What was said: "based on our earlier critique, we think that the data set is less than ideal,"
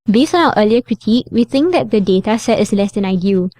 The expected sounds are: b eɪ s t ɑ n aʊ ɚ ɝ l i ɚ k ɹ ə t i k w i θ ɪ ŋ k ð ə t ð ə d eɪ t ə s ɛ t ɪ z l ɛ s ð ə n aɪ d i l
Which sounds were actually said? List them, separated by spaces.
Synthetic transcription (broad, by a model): b eɪ s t ɑ n aʊ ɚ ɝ l i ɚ k ɹ ə t i k w i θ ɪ ŋ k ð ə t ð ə d eɪ t ə s ɛ t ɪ s l ɛ s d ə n aɪ d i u